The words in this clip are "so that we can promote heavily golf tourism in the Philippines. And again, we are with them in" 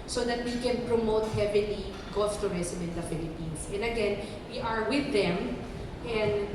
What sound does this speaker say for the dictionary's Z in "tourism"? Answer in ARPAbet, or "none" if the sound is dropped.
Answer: S